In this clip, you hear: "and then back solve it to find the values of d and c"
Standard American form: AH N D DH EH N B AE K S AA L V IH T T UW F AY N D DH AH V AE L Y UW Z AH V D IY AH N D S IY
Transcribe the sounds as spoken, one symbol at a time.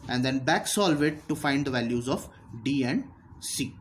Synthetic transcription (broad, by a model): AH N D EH N B AE K S AA L V IH T T UW F AY N D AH V AE L Y UW Z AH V D IY AH N D S IY